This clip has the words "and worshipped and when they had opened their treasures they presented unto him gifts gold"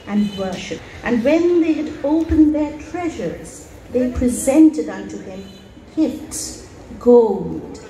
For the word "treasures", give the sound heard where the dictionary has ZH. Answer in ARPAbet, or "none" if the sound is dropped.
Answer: ZH